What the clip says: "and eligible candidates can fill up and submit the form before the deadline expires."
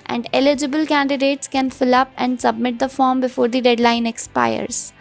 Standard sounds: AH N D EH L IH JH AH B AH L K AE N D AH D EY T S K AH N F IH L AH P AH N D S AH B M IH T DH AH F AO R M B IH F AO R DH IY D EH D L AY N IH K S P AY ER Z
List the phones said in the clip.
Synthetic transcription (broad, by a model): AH N D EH L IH JH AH B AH L K AE N D AH D EY T S K AH N F IH L AH P AH N D S AH B M IH T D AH F AO R M B IH F AO R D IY D EH D L AY N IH K S P AY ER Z